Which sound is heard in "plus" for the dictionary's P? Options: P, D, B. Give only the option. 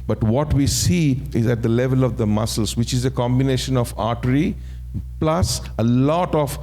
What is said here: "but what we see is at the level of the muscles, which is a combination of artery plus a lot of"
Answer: P